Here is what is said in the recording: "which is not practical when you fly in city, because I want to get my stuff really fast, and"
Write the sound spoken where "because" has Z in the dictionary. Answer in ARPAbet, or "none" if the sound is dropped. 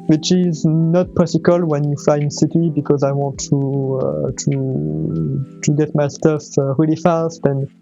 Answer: Z